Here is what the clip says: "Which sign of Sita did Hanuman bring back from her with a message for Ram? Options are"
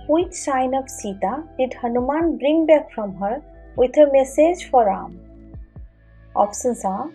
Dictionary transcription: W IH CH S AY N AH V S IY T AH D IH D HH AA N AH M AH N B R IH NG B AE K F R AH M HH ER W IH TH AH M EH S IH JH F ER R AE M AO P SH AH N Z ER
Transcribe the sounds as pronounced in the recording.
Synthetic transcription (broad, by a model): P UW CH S AY N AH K S IY T AH D IH D HH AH N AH M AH N B R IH NG B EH K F R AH M HH ER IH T AH M EH S IH JH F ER R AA M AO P S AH N S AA